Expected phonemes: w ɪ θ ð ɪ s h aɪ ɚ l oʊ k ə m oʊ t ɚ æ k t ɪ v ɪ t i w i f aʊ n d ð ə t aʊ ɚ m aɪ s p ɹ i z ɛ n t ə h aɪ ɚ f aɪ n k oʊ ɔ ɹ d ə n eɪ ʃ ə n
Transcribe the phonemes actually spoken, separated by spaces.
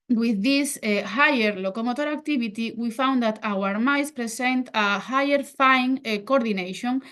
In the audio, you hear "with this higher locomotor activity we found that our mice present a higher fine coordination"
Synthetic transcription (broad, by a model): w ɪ ð ɪ s h aɪ ɚ l oʊ k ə m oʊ t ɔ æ k t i b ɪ t i w i f aʊ n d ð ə t aʊ ɚ m aɪ s p ɹ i s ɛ n t ə h aɪ ɚ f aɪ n k oʊ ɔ ɹ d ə n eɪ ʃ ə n